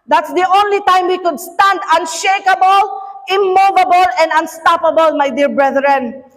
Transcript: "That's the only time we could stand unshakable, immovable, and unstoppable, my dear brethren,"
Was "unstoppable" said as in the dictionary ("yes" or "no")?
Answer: yes